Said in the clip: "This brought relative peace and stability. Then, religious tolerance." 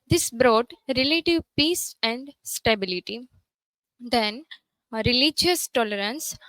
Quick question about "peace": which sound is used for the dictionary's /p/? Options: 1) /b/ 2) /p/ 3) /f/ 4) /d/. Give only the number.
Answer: 2